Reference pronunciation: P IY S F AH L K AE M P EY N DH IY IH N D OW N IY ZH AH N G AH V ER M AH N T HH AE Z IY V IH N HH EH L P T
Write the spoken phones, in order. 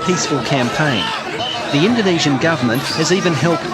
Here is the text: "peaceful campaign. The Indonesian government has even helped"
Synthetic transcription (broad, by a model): P IY S F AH L K AE M P EY N DH IY IH N D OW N IY ZH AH N G AH V ER M AH N T HH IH Z IY V IH N HH EH L P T